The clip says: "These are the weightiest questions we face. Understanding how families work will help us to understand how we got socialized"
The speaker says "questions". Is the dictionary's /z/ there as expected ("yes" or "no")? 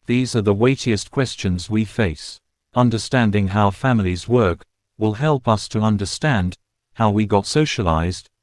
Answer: yes